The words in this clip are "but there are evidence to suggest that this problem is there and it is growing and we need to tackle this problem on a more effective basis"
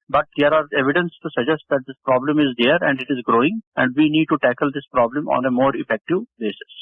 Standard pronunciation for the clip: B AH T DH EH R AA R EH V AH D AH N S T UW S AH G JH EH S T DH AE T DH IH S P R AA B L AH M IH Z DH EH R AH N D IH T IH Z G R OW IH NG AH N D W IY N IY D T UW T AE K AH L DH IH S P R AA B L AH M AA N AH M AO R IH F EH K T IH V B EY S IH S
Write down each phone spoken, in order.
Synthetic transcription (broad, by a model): B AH T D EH R AA R EH V AH D AH N S T UW S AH JH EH S T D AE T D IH S P R AA B L AH M IH Z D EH R AH N D IH T IH Z G R OW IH NG AH N D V IY N IY D T UW T AE K AH L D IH S P R AA B L AH M AA N AH M AO R IH F EH K T IH V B EY S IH S